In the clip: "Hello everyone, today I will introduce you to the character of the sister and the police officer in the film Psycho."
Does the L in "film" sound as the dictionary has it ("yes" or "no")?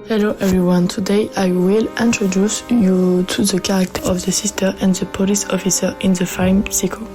no